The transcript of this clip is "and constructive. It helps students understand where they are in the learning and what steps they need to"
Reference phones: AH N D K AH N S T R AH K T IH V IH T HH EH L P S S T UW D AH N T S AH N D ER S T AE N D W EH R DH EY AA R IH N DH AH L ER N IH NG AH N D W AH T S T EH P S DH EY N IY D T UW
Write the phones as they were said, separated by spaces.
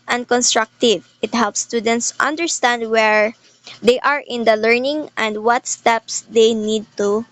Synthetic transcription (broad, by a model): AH N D K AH N S T R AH K T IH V IH T HH EH L P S S T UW D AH N T S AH N D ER S T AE N D W EH R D EY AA R IH N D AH L ER N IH NG AH N D W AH T S T EH P S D EY N IY D T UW